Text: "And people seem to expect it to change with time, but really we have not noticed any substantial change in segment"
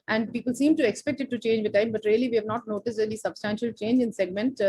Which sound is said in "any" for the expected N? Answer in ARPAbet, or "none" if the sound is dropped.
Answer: L